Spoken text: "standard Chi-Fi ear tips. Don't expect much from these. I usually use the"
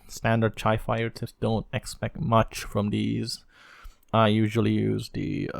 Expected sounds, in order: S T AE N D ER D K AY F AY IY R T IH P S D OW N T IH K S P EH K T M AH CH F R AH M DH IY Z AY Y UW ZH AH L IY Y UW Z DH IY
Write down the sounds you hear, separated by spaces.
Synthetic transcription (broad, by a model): S T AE N D ER D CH AY F AY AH R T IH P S D OW N T IH K S P EH K T M AH CH F R AH M DH IY Z AY Y UW ZH AH L IY Y UW Z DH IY